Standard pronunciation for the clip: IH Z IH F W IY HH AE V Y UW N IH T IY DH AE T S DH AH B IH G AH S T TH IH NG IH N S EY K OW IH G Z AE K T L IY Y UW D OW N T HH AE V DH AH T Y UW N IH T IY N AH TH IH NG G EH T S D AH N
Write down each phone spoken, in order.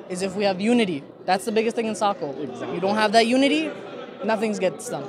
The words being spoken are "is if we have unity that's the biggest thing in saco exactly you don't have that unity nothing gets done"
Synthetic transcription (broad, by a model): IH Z IH F W IY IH V Y UW N IH T IY DH AE T S DH AH B IH G AH S T TH IH NG IH N S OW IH K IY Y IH D OW N T HH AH V DH AH T Y UW N IH T IY N AH TH IH NG G EH T S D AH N